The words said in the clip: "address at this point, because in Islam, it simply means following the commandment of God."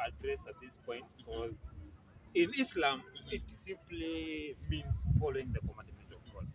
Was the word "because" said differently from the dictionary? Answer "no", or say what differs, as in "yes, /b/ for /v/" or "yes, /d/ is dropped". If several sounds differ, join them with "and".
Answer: no